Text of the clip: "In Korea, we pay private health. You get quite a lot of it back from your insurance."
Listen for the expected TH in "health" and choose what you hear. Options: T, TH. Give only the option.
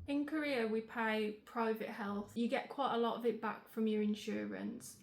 TH